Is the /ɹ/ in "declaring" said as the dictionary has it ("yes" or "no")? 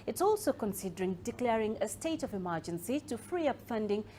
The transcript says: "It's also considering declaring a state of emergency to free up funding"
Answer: yes